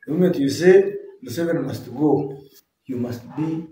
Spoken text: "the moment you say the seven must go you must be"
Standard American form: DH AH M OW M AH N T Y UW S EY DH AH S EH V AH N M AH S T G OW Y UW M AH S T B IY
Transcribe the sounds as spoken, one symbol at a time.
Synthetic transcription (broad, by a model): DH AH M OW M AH T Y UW S EY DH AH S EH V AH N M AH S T G OW Y UW M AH S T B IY